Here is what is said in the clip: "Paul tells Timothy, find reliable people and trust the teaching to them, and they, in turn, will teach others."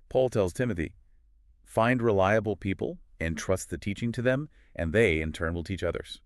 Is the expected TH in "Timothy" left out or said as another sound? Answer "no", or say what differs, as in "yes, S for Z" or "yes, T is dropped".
no